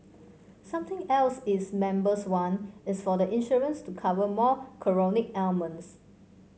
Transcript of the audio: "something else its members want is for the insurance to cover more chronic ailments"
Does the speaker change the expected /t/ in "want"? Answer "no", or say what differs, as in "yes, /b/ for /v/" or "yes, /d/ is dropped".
yes, /t/ is dropped